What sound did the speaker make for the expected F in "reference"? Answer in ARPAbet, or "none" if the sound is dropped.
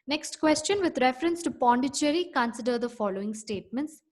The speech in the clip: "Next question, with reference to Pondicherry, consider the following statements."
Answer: F